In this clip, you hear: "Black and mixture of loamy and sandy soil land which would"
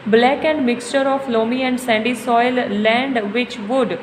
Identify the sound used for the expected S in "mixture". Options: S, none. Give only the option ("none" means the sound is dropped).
S